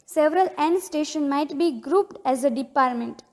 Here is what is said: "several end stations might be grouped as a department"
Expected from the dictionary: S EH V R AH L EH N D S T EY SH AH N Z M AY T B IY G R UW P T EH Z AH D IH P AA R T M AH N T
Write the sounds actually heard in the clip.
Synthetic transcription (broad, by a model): S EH V R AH L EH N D S T EY SH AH N M AY T B IY G R UW P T EH Z AH D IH P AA R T M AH N T